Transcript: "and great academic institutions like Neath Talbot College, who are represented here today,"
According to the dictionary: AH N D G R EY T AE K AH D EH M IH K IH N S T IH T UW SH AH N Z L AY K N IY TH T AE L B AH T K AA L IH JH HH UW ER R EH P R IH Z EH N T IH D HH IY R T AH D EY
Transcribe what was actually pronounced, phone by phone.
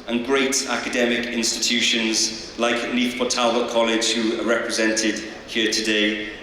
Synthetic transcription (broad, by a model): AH N G R EY T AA K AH D EH M IH K IH N S T IH T UW SH AH N Z L AY K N IY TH T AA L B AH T K AA L IH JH HH UW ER R EH P R IH Z EH N T IH D HH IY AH T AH D EY